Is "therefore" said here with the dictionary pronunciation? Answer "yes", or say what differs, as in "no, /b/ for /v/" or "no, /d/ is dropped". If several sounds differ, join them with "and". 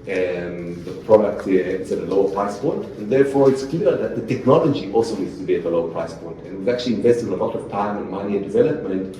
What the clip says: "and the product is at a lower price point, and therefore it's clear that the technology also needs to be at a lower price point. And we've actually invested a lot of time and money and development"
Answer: yes